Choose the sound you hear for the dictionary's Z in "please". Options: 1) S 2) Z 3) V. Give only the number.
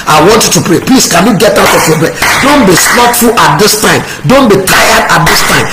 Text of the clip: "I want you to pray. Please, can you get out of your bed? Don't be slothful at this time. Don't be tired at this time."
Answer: 1